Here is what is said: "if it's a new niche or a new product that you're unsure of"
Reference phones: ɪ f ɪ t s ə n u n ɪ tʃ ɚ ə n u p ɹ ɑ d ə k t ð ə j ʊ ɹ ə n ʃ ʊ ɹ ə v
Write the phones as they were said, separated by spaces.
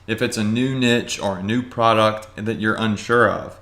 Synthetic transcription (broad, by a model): ɪ f ɪ t s ə n u n ɪ tʃ ɚ ə n u p ɹ ɑ d ə k t ð ə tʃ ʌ ɹ ə n ʃ ʊ ɹ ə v